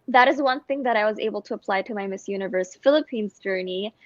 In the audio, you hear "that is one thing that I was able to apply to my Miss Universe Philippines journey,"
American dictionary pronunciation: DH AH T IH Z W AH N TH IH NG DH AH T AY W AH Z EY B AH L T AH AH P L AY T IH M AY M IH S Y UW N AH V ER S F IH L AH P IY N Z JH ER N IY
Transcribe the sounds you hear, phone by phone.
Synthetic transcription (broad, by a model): DH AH T IH Z W AH N TH IH NG DH AH T AY W AH Z EY B L T AH AH P L AY T IH M AY M IH S Y UW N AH V ER S F IH L AH P IY N Z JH ER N IY